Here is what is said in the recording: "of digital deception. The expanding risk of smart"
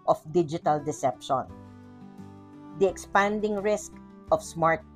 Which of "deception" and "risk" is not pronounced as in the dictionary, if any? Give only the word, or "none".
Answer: none